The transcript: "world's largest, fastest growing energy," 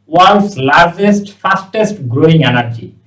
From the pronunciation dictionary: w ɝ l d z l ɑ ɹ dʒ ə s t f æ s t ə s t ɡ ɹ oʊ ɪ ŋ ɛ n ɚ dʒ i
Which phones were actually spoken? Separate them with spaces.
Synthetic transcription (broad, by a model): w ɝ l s l ɑ ɹ dʒ ə s t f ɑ s t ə s t ɡ ɹ oʊ ɪ ŋ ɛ n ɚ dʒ i